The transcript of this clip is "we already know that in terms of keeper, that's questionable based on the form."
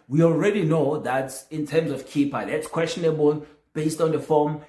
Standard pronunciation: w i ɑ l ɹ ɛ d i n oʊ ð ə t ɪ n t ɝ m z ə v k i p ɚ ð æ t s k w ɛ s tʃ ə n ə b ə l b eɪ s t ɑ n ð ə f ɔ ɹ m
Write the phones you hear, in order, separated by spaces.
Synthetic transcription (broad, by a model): w i ɑ l ɹ ɛ d i n oʊ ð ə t ɪ n t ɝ m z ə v k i p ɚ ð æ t s k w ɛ s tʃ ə n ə b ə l b eɪ s t ɑ n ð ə f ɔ m